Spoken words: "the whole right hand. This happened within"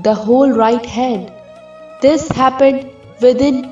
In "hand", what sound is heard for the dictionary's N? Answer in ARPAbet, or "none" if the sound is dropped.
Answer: none